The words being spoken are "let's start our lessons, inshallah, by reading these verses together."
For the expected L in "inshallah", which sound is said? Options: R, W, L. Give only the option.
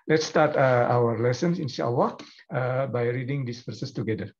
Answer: W